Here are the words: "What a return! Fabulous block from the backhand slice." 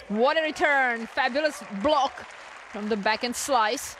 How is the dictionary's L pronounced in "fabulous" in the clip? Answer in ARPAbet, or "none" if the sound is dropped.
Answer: L